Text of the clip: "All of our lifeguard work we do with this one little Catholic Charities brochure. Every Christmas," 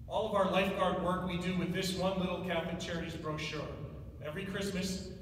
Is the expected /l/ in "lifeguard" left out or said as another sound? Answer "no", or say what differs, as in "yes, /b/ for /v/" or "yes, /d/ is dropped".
no